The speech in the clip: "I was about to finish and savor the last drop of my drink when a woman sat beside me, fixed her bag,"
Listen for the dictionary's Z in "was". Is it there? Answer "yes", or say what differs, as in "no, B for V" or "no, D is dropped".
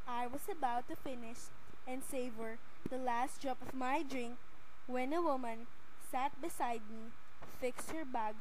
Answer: no, S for Z